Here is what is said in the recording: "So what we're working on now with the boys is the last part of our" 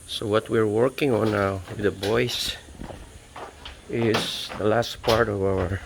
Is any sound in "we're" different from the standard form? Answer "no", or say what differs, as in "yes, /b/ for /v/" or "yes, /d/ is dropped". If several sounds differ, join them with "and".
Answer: no